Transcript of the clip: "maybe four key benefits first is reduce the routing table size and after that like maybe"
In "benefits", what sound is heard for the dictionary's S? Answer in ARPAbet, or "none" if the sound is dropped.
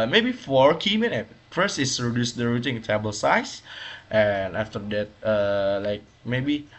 none